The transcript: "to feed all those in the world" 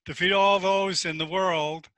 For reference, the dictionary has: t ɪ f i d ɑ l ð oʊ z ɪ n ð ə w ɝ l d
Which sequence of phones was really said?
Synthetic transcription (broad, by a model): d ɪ f i d ɑ l ð oʊ z ɪ n ð ə w ɝ l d